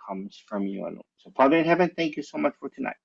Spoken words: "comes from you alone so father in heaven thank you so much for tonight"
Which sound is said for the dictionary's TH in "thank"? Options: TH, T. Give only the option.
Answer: TH